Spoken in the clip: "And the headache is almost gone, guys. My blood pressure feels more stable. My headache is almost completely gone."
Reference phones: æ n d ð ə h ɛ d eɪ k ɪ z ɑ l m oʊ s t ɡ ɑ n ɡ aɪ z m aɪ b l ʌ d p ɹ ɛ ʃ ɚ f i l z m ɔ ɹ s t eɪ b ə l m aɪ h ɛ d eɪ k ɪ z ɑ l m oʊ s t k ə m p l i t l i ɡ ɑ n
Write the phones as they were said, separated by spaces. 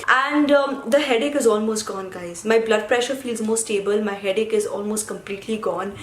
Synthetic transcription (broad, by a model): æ n d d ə h ɛ d eɪ k ɪ z ɑ l m oʊ s t ɡ ɑ n ɡ aɪ z m aɪ b l ʌ d p ɹ ɛ ʃ ɚ f i l z m ɔ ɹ s t eɪ b ə l m aɪ h ɛ d eɪ k ɪ z ɑ l m oʊ s t k ə m p l i t l i ɡ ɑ n